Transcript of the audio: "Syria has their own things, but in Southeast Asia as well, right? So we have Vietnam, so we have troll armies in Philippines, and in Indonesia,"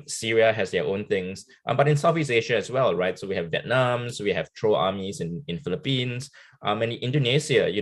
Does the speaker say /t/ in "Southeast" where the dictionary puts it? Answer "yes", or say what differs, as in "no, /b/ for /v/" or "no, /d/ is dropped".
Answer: no, /t/ is dropped